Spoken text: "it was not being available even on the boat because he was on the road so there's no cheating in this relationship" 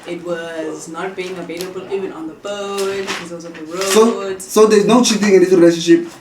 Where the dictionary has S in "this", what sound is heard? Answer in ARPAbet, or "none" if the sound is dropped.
none